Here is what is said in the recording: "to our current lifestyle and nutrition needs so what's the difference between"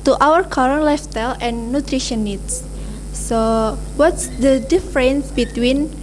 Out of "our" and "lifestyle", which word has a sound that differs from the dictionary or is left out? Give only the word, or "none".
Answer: lifestyle